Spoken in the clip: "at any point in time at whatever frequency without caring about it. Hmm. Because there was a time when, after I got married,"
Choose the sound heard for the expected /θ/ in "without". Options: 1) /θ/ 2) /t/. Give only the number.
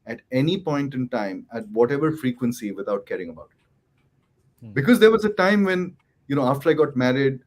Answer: 2